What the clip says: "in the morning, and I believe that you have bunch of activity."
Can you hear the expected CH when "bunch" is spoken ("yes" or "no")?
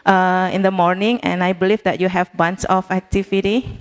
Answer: no